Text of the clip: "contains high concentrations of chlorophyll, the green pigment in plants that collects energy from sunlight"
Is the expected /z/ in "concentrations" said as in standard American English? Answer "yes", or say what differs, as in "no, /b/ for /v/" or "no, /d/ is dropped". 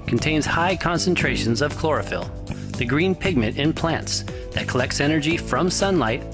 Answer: yes